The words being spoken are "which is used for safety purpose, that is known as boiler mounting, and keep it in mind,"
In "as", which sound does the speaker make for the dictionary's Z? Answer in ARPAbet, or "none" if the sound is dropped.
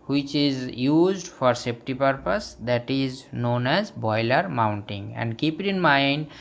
Z